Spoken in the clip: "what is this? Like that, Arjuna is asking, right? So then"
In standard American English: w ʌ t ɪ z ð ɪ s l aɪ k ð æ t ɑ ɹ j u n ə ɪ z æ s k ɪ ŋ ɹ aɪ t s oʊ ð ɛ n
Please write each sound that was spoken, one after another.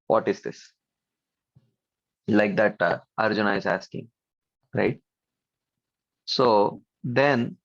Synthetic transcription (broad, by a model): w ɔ t ɪ z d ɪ s l aɪ k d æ t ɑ ɹ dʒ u n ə ɪ z æ s k ɪ ŋ ɹ aɪ t s oʊ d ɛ n